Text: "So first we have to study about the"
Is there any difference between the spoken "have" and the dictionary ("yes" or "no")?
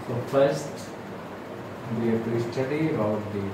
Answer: yes